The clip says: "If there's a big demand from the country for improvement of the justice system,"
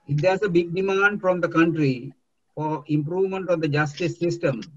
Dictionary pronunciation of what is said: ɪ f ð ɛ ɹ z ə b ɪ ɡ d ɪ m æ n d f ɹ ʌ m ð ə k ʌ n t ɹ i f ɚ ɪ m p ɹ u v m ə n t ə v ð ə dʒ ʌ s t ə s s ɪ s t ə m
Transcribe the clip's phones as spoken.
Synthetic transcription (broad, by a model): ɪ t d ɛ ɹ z ə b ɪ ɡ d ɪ m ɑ n d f ɹ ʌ m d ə k ʌ n t ɹ i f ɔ ɪ m p ɹ u v m ə n t ə v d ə dʒ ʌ s t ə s s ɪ s t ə m